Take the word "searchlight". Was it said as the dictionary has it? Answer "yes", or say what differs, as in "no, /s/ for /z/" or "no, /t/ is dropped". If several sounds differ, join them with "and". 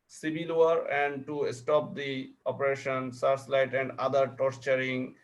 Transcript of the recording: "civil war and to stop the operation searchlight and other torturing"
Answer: no, /s/ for /tʃ/